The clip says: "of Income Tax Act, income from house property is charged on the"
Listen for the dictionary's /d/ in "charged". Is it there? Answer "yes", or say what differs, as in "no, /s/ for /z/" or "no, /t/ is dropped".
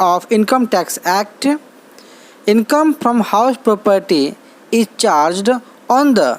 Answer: yes